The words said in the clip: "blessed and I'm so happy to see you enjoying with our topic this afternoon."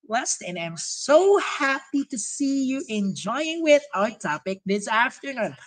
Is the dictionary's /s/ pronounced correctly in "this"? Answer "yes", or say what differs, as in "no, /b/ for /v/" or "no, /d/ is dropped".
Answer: yes